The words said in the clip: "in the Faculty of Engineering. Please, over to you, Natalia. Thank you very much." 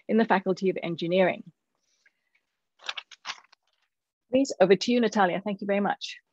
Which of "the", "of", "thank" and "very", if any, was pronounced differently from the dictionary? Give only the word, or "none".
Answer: none